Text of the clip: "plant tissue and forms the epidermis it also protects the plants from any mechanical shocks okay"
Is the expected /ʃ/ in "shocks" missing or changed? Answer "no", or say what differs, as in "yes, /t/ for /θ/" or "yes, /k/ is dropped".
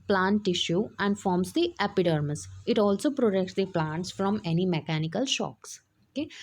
no